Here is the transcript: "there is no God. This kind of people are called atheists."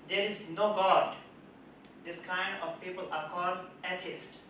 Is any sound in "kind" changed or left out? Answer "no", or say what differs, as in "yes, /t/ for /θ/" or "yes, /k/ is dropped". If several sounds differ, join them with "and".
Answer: no